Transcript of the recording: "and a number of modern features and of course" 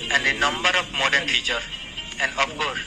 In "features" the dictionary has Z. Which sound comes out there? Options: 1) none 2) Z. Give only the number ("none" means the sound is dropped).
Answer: 1